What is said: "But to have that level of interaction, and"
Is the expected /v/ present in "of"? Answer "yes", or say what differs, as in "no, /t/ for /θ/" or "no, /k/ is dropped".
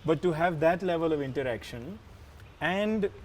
yes